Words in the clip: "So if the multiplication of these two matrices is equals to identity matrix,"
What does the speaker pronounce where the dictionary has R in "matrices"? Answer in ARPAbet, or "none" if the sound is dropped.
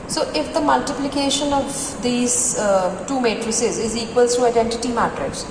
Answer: R